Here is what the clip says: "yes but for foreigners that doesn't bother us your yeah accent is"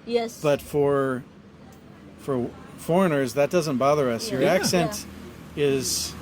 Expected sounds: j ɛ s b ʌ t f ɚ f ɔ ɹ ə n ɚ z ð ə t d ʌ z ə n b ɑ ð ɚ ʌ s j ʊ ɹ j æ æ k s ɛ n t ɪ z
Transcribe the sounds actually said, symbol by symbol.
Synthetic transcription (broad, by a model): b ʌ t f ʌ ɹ f ɚ f ɔ ɹ ə n ɚ z ð ə t d ʌ z ə n b ɑ ð ɚ ʌ s j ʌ ɹ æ æ k s ɛ n t ɪ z